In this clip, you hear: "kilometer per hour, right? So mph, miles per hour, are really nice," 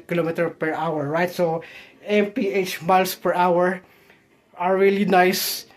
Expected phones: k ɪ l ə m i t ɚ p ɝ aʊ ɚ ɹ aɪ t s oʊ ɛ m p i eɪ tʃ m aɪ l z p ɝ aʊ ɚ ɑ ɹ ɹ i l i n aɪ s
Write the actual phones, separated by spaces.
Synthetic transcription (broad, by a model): k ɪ l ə m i t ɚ p ɝ aʊ ɚ ɹ aɪ t s oʊ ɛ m p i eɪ tʃ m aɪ l s p ɝ aʊ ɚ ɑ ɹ ɹ i l i n aɪ s